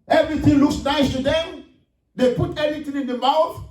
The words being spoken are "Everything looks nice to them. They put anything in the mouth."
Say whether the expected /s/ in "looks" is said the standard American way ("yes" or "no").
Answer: yes